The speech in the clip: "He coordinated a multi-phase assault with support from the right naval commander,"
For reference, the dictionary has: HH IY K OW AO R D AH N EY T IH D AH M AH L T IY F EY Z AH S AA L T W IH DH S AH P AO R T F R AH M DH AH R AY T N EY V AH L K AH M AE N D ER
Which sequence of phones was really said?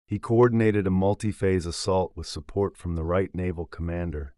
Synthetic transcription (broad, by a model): HH IY K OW AO R D N EY T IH D AH M AH L T IY F EY Z AH S AA L T W IH DH S AH P AO R T F R AH M DH AH R AY T N EY V L K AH M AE N D ER